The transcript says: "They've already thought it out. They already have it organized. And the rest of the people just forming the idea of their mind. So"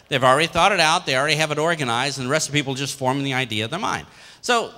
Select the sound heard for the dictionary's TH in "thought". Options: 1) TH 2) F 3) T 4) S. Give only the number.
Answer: 1